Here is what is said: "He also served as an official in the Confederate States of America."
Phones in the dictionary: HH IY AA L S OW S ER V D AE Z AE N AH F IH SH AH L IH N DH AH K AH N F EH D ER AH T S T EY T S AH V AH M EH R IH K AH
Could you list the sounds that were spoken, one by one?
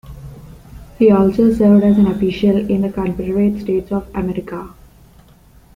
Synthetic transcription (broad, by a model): HH IY AA L S OW S ER V D AE Z AE N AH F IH SH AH L IH N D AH K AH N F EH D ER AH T S T EY T S AH V AH M EH R IH K AH